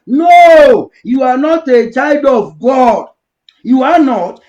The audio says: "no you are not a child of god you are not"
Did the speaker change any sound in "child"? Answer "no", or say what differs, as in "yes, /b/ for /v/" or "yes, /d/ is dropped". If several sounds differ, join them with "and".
no